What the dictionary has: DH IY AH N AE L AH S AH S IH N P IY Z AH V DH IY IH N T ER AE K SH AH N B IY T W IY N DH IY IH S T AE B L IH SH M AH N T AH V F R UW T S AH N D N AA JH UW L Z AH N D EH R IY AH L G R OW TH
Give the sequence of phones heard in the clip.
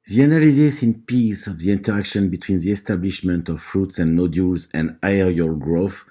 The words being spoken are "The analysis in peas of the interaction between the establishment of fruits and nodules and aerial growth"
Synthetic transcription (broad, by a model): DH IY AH N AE L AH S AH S IH N P IY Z AH V DH IY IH N T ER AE K SH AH N B IY T W IY N DH IY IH S T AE B L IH SH M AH N T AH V F R UW T S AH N N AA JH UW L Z AH N D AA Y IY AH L G R OW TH